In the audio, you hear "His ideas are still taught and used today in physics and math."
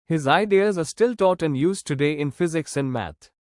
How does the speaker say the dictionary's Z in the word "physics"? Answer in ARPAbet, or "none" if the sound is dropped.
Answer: Z